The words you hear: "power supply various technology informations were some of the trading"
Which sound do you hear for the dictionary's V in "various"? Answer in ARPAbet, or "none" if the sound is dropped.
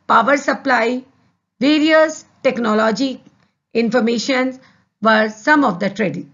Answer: V